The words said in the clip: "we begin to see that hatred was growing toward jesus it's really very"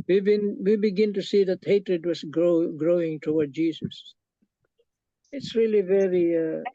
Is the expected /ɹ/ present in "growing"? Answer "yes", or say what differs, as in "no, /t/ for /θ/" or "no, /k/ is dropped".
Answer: yes